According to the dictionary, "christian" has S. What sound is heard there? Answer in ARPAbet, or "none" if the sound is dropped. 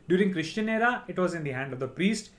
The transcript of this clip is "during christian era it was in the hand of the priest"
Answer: SH